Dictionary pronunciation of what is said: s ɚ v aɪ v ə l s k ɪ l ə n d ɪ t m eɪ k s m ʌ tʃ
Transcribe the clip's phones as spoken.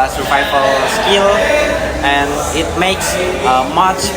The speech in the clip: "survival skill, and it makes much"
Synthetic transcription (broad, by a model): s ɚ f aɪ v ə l s k ɪ l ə n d ɪ t m eɪ k s m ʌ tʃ